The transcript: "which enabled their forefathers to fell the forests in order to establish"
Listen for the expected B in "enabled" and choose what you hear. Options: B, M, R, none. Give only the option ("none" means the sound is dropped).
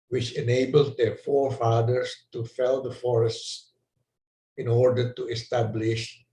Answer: B